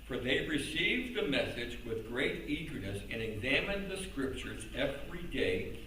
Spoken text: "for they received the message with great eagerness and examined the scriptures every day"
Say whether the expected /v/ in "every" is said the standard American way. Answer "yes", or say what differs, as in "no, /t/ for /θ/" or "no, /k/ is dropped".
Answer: yes